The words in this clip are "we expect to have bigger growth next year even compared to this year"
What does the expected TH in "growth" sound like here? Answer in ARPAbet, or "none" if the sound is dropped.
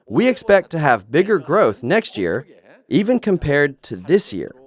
TH